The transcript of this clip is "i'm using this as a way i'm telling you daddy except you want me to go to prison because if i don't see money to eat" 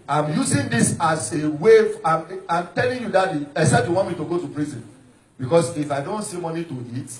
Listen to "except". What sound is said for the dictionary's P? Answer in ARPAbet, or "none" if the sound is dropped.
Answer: none